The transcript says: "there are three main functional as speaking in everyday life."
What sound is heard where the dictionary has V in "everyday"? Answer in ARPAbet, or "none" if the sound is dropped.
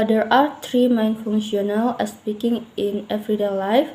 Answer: F